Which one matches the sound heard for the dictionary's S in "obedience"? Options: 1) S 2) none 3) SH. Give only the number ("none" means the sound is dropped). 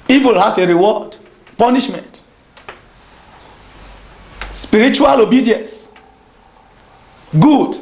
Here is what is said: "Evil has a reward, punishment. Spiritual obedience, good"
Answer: 1